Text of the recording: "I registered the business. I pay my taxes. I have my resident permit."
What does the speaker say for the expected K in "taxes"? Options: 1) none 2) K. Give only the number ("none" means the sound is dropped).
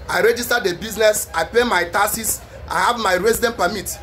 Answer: 1